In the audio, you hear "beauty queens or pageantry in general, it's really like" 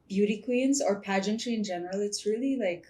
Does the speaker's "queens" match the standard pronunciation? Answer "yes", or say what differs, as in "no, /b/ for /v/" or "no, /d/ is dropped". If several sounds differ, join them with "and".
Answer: yes